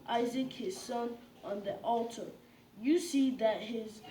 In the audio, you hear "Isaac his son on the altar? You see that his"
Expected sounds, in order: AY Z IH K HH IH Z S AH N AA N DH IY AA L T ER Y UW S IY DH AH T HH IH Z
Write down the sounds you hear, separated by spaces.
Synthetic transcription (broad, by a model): AY Z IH K HH IH Z S AH N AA N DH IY AA L T ER Y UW S IY DH AH T HH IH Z